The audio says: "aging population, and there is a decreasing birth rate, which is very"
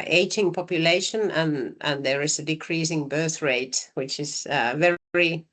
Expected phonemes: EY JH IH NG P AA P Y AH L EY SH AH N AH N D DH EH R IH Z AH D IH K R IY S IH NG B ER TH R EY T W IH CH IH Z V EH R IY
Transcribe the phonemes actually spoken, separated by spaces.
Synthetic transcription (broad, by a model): EY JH IH NG P AA P Y AH L EY SH AH N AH N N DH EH R IH Z AH D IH K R IY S IH NG B ER TH R EY T W IH CH IH Z V EH R IY